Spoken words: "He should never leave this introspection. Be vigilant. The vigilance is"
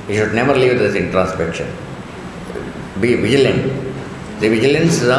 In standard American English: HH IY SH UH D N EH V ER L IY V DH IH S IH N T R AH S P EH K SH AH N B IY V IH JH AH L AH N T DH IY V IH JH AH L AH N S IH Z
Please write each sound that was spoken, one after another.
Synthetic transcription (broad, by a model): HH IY SH UH D N EH V ER L IY V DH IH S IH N T R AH S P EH K SH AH N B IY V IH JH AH L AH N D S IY V IH JH AH L AH N S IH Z